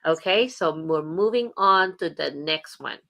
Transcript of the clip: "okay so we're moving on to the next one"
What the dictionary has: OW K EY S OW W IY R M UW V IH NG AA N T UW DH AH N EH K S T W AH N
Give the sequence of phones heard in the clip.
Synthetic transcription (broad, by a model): OW K EY S OW W IY R M UW V IH NG AA N T UW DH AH N EH K S T W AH N